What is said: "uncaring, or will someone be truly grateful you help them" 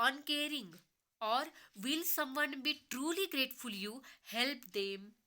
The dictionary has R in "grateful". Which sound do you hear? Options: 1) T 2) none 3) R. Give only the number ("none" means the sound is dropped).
3